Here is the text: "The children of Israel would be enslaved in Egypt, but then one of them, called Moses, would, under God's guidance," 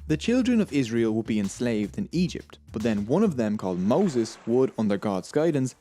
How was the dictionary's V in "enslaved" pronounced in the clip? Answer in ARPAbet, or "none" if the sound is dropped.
V